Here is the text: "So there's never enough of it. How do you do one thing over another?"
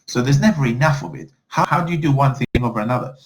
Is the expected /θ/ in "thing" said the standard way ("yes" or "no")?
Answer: yes